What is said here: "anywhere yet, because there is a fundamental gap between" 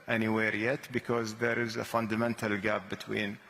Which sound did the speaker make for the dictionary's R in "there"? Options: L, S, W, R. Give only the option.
R